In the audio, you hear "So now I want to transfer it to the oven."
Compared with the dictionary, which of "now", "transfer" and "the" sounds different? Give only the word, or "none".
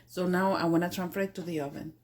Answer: transfer